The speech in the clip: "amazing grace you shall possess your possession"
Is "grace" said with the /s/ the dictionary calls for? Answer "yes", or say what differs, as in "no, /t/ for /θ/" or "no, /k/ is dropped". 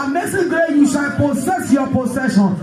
no, /s/ is dropped